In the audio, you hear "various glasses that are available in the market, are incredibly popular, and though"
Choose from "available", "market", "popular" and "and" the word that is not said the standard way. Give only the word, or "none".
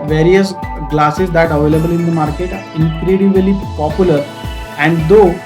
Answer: none